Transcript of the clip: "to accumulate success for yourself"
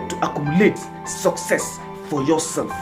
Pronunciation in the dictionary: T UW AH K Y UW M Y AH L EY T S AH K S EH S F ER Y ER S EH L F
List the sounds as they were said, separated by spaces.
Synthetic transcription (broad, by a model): T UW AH K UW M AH L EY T S AH K S EH S F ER Y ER S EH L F